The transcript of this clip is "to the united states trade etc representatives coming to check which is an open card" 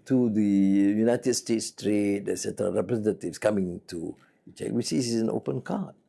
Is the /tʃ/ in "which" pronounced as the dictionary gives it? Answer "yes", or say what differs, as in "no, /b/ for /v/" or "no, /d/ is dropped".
no, /s/ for /tʃ/